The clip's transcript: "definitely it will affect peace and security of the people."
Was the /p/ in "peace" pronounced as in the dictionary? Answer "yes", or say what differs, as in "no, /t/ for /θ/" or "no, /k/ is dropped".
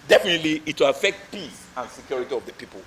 yes